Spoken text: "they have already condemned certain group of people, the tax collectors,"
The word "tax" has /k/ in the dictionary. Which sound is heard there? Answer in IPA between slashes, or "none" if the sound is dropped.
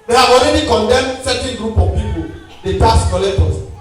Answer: none